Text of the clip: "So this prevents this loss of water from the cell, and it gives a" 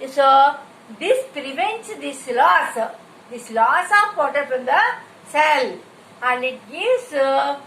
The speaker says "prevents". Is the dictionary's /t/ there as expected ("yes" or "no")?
no